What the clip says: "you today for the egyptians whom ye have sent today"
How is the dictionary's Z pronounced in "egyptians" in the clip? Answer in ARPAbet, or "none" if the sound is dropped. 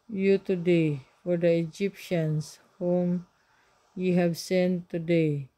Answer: S